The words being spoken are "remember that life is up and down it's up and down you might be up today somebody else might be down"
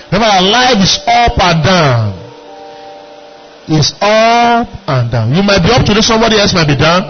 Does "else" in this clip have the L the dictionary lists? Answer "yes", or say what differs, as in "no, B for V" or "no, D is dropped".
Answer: yes